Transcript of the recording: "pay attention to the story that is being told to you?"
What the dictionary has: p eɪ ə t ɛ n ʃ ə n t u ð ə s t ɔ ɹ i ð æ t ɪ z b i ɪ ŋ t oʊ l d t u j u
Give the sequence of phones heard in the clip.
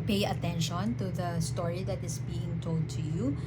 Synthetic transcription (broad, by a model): p eɪ ə t ɛ n ʃ ə n t u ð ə s t ɔ ɹ i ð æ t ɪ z b i ɪ ŋ t oʊ l d t u j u